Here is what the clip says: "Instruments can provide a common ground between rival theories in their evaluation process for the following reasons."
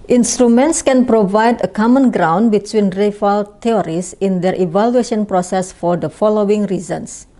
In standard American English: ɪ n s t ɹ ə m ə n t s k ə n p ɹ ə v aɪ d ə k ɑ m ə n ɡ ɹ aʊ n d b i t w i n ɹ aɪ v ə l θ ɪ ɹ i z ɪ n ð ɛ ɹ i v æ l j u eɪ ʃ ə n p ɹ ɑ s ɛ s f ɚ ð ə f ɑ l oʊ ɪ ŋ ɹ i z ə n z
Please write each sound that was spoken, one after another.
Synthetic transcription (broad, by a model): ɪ n s t ɹ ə m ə n t s k ə n p ɹ ə v aɪ d ə k ɑ m ə n ɡ ɹ aʊ n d b i t w i n ɹ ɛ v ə l t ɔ ɹ i s ɪ n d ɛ ɹ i v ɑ l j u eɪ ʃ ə n p ɹ ɑ s ɛ s f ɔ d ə f ɑ l oʊ ɪ ŋ ɹ i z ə n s